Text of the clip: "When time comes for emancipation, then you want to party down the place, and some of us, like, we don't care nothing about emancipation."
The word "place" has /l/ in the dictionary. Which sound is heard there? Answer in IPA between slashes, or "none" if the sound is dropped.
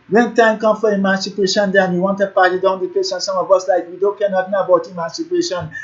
none